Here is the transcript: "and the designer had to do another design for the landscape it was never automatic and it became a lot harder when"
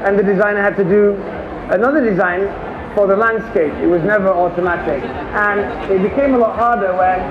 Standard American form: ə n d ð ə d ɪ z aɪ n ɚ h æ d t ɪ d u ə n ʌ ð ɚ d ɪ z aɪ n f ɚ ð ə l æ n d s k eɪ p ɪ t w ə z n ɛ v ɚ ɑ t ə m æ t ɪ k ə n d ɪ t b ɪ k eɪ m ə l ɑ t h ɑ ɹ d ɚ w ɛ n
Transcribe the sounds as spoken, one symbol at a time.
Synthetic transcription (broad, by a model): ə n ð ə d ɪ z aɪ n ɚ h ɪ d t ɪ d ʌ ə n ʌ ð ɚ d ɪ z aɪ n f ɚ ð ə l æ n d s k eɪ p ɪ t w ə z n ɛ v ɚ ɑ t ə m æ t ɪ k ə n ɪ t b ɪ k eɪ m ə l ɑ t h ɑ ɹ d ɚ w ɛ n